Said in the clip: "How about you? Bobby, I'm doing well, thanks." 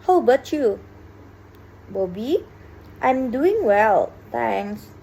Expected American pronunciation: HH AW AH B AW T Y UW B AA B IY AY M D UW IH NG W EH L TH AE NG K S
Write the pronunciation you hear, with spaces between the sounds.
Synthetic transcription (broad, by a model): HH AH B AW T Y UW B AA B IY AY M D UW IH NG W EH L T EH NG S